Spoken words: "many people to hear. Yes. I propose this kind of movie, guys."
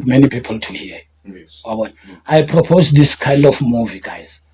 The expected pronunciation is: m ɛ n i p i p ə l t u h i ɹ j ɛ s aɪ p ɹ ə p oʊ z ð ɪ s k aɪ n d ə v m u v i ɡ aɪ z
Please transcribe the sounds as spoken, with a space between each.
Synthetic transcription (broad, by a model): m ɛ n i p i p ə l t u h i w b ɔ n aɪ p ɹ ə p oʊ z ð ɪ s k aɪ n d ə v m u v i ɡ aɪ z